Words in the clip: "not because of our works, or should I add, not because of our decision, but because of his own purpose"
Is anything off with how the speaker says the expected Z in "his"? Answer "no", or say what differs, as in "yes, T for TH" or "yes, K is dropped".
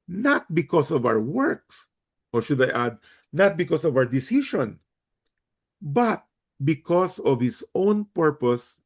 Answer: yes, S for Z